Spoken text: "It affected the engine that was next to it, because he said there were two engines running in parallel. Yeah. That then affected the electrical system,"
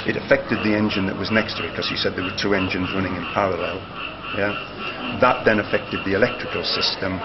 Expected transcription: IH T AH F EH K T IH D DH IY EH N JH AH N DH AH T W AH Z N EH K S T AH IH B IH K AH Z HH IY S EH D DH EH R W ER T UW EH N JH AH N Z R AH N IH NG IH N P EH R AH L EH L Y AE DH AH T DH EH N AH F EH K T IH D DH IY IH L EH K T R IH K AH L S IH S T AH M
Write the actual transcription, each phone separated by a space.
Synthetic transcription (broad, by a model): IH T AH F EH K T IH D DH IY EH N JH AH N DH AH T W AH Z N EH K S T AH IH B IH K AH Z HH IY S EH D DH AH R W ER T UW EH N JH AH N Z R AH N IH NG IH N P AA R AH L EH L Y AE DH AH T DH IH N AH F EH K T IH D DH IY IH L EH K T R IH K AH L S IH S T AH M